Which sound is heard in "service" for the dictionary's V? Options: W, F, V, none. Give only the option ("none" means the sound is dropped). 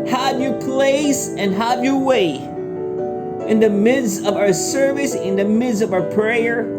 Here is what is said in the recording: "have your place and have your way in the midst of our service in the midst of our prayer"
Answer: V